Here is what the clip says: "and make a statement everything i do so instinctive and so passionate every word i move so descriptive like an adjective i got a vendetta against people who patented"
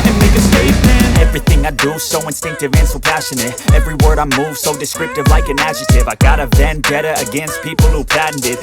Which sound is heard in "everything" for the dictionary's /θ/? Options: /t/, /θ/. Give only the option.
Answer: /θ/